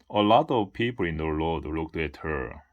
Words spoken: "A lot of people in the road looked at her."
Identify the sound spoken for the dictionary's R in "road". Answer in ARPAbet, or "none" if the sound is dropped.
L